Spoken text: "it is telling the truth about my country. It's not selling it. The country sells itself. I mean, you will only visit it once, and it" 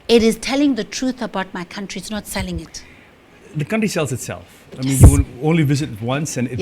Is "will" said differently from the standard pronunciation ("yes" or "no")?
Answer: yes